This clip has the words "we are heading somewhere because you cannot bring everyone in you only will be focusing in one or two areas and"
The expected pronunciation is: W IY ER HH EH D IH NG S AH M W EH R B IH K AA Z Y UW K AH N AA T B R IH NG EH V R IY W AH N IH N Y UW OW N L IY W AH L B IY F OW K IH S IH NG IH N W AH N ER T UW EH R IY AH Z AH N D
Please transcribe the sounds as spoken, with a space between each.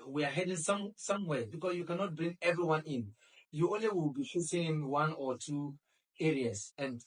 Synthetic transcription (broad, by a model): W IY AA HH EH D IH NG S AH M W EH B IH K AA S Y UW K AH N AA T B R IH NG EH V R IY W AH N IH N Y UW OW N L IY W AH L B IY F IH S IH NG IH N W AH N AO T UW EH R IY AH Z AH N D